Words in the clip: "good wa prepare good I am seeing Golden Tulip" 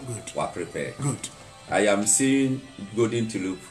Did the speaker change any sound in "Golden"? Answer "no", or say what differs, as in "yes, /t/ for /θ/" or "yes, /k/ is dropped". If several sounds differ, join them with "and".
yes, /l/ is dropped